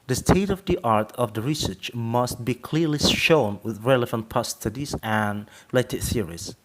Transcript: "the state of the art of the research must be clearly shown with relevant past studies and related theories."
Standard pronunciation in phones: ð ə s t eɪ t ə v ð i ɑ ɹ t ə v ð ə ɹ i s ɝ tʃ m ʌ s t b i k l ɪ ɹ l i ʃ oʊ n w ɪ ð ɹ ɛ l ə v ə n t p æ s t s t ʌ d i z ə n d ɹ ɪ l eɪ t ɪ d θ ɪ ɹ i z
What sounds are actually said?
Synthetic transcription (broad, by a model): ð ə s t eɪ t ə v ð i ɑ ɹ t ə v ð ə ɹ i s ɝ tʃ m ʌ s t b i k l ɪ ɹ l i ʃ oʊ n w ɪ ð ɹ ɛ l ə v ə n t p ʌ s s t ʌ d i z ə n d ɹ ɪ l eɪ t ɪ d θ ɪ ɹ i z